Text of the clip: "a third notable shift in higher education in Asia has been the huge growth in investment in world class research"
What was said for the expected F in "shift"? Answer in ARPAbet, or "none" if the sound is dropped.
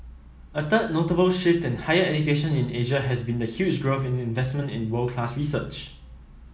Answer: F